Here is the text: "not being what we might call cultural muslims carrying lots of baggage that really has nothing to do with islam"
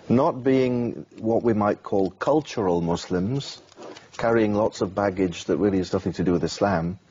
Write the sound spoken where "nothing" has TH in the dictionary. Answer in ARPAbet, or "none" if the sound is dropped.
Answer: TH